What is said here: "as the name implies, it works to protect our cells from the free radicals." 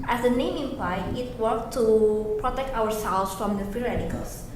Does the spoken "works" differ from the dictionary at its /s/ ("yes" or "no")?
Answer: yes